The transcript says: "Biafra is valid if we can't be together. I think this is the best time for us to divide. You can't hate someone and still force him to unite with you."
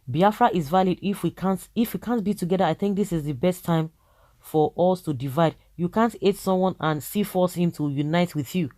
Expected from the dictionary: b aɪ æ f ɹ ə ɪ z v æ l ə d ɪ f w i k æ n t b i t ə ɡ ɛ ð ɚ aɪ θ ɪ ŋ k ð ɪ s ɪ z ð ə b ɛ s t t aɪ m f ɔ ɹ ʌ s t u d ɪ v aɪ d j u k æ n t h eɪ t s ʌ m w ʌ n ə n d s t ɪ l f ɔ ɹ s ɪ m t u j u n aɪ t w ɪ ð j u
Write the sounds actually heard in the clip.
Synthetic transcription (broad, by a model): b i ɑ f ɹ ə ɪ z v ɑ l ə d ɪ f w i k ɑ n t b i t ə ɡ ɛ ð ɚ aɪ θ ɪ ŋ k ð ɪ s ɪ z ð ə b ɛ s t t aɪ m f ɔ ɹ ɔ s t u d ɪ v aɪ d j u k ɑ n t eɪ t s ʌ m w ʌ n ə n s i f ɔ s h ɪ m t u j u n aɪ t w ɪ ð j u